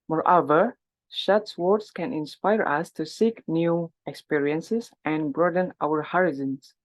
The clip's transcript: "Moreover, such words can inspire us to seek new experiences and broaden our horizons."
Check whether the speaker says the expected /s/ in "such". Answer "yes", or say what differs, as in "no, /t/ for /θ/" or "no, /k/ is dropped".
no, /ʃ/ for /s/